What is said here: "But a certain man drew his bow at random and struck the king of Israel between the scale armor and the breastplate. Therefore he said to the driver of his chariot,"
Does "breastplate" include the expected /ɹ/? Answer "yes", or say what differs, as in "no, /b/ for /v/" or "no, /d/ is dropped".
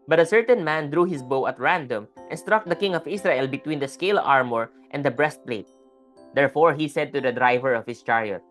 yes